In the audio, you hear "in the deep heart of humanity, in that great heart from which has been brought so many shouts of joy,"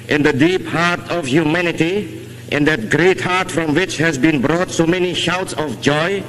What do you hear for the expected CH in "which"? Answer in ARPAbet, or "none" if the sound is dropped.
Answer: CH